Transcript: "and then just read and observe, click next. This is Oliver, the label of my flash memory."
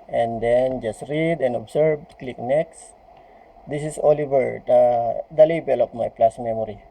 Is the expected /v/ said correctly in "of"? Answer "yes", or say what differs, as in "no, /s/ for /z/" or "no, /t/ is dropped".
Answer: no, /p/ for /v/